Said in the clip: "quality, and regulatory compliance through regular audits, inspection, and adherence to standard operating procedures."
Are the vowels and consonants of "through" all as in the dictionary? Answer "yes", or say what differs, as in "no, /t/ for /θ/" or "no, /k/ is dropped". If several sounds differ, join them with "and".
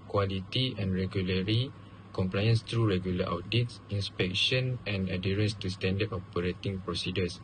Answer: no, /t/ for /θ/